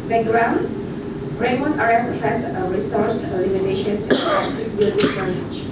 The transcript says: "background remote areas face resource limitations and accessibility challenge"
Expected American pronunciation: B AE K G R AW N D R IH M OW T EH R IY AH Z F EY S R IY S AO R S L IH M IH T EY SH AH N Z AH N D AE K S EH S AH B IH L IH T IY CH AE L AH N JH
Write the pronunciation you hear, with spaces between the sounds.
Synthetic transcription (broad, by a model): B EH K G R AW N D R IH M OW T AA R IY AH F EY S R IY S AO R S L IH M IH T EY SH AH N S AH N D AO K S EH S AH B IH L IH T IY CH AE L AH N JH